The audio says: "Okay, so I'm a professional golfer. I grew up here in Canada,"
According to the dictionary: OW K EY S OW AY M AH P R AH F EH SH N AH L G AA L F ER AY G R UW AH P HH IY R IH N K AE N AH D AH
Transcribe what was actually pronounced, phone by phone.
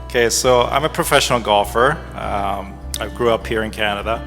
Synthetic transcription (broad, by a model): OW K EY S OW AY M AH P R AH F EH SH N L G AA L F ER AY G R UW AH P HH IY R IH N K AE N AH D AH